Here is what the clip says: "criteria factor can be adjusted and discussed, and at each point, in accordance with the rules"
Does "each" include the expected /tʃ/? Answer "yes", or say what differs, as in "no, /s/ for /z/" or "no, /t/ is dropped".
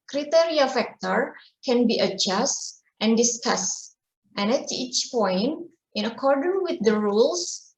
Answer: yes